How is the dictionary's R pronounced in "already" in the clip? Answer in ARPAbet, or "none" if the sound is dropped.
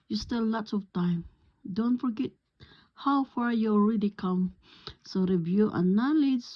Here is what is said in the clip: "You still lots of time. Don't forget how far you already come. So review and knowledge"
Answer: R